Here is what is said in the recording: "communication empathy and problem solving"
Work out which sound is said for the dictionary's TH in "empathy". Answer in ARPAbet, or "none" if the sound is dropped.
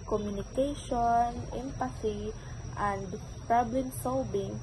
S